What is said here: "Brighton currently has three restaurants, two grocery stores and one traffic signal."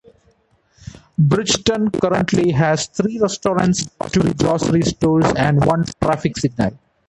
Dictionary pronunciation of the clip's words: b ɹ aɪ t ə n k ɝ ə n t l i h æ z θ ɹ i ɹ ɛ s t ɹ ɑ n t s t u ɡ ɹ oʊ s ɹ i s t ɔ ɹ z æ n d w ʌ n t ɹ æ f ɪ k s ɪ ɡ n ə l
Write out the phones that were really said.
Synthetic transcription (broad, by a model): b ɹ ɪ t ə n k ɝ ə n t l i h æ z t ɹ i ɹ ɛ s t ɹ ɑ n t s t u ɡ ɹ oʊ s ɹ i s t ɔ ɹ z æ n d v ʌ n t ɹ æ f ɪ k s ɪ ɡ n ə l